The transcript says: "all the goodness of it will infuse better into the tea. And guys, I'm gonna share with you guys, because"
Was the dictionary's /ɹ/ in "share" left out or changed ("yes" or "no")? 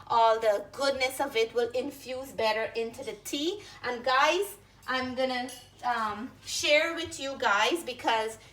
no